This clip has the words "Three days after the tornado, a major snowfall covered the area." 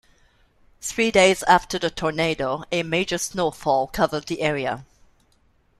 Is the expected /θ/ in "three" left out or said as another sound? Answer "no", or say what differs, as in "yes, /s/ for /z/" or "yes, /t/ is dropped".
no